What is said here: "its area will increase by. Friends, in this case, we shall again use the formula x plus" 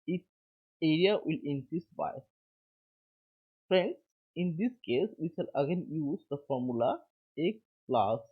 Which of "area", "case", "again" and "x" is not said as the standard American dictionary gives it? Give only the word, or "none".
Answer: x